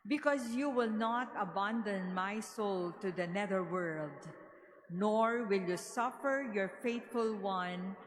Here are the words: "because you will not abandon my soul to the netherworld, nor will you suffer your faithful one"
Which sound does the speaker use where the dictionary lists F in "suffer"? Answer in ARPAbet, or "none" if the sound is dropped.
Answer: F